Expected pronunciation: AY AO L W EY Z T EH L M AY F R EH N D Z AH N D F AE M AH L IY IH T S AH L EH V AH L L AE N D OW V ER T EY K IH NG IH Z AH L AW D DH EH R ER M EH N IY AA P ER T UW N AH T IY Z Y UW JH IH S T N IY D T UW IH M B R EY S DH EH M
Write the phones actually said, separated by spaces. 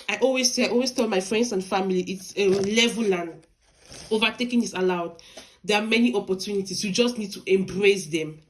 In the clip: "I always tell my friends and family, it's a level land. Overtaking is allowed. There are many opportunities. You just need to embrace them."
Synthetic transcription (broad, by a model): AY AO L W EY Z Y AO L M AY F R EH N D S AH N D F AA M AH L IY IH T S AH L EH V AH L L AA N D OW V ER T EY K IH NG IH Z AH L AW D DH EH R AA M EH N IY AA P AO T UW N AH T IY S Y UW JH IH S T N IY D T UW IH M B R EY S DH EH M